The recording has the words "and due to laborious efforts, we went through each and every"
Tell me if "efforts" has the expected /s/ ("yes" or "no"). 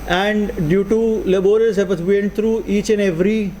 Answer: no